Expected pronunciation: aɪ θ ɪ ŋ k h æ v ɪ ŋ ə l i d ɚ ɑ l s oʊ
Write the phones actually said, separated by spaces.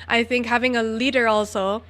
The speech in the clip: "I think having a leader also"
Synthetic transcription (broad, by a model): aɪ θ ɪ ŋ k h æ v ɪ ŋ ə l i d ɚ ɑ l s oʊ